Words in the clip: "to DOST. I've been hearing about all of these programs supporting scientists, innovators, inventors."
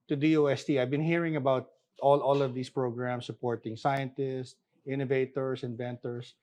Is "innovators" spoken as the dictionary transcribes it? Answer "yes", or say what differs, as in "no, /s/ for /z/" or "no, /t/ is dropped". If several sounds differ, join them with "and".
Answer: no, /s/ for /z/